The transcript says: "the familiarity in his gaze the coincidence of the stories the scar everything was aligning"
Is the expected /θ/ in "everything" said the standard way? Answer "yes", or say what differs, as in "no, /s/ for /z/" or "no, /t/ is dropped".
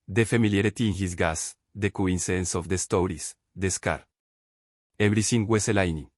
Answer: no, /s/ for /θ/